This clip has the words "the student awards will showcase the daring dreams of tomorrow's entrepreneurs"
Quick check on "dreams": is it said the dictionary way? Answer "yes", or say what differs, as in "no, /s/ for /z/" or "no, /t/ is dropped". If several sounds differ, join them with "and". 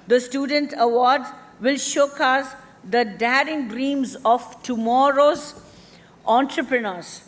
yes